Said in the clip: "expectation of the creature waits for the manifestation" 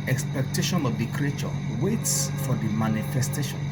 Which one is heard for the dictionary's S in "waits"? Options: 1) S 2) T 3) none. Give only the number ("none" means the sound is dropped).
1